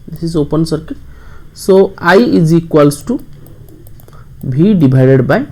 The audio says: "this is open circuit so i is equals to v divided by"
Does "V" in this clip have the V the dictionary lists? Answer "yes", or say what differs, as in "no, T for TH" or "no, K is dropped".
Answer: no, B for V